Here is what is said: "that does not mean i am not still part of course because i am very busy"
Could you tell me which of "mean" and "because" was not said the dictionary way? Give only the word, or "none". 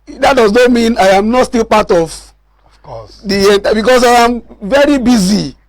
because